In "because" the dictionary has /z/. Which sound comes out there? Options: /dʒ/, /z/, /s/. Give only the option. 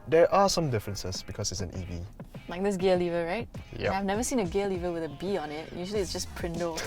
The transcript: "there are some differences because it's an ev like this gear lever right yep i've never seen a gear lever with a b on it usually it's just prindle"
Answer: /s/